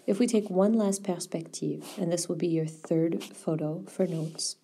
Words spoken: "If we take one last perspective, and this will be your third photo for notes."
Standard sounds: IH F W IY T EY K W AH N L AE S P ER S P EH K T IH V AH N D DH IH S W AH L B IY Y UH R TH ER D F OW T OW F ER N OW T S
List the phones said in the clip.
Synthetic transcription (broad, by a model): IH F W IY T EY K W AH N L AE S P ER S P EH K T IH V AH N DH IH S W AH L B IY Y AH R TH ER D F OW T OW F ER N OW T S